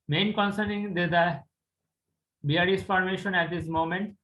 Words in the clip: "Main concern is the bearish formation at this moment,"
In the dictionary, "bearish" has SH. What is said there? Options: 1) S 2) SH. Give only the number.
1